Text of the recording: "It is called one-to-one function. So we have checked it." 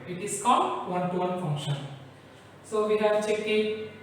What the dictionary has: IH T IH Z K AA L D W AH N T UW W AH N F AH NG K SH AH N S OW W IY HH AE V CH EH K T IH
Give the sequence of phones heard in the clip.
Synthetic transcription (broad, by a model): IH T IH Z K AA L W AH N T UW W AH N F AH NG K SH AH N S OW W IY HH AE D CH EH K IH